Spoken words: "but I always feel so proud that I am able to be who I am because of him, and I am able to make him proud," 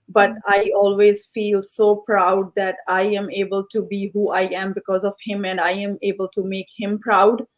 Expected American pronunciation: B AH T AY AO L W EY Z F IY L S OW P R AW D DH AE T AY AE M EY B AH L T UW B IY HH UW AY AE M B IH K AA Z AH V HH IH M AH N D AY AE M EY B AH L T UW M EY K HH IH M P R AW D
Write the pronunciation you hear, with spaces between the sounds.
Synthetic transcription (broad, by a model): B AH T AY AO L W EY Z F IY L S OW P R AW D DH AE T AY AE M EY B AH L T UW B IY HH UW AY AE M B IH K AA Z AH V HH IH M AH N D AY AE M EY B AH L T UW M EY K HH IH M P R AW D